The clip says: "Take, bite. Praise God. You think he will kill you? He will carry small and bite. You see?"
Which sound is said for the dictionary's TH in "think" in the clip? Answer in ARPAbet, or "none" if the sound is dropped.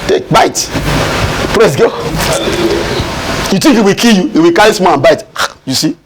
T